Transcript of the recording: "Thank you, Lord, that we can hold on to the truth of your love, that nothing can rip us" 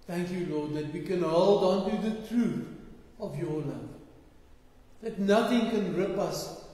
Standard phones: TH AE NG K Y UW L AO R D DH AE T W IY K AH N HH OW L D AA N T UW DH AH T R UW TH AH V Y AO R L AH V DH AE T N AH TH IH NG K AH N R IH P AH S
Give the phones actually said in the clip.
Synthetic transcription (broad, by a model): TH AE NG K Y UW L AO D DH AE T W IY K AH N HH OW L D AA N T UW DH AH T R UW TH AH V Y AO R L AH V DH AE T N AH TH IH NG K AH N R IH P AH S